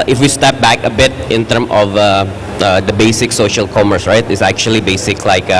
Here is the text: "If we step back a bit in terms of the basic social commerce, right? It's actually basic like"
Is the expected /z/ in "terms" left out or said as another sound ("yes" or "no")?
yes